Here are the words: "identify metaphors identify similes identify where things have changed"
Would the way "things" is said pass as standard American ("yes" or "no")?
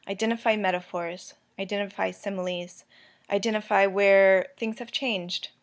yes